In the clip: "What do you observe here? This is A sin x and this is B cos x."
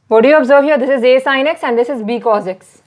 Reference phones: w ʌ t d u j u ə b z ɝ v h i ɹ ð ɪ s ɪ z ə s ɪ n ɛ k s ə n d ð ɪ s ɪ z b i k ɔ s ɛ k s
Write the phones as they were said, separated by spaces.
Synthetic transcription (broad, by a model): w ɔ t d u j u ə b z ɝ v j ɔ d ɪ s ɪ z ə s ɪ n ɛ k s ə n d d ɪ s ɪ z b i k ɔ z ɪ k s